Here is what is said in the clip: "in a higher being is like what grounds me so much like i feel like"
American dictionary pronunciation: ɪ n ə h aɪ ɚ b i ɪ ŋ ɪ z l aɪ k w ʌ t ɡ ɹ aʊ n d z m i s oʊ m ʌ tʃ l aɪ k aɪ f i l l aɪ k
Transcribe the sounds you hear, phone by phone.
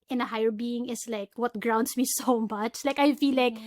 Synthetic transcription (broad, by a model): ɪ n ə h aɪ ɚ b i ɪ ŋ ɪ s l aɪ k w ʌ t ɡ ɹ aʊ n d s m i s oʊ m ʌ tʃ l aɪ k aɪ f i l l aɪ k